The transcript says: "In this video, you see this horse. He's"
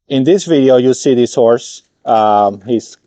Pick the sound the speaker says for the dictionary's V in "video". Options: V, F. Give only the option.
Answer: V